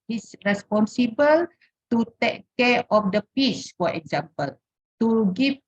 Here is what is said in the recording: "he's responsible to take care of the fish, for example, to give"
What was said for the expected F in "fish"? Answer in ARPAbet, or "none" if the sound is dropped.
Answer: P